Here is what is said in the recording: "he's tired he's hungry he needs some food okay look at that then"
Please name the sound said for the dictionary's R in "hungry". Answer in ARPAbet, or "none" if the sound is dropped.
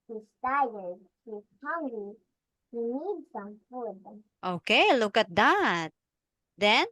none